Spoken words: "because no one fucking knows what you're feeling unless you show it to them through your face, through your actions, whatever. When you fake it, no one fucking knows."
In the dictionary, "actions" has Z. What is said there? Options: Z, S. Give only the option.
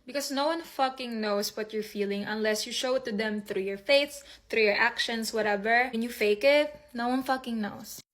S